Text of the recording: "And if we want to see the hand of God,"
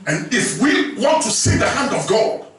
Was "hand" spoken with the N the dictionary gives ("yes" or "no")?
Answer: yes